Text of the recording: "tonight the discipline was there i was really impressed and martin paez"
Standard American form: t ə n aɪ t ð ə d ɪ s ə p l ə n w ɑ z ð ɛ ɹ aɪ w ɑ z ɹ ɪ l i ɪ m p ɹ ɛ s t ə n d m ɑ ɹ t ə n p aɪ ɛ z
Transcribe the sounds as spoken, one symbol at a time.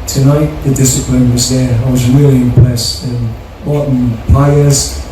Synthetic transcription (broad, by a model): t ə n aɪ t ð ə d ɪ s ə p l ə n w ɑ z ð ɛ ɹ aɪ w ɑ z ɹ ɪ l i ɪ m p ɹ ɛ s ə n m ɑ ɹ t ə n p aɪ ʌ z